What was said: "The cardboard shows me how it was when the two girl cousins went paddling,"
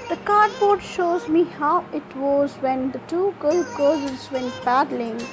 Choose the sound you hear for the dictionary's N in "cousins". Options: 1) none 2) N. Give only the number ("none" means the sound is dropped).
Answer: 1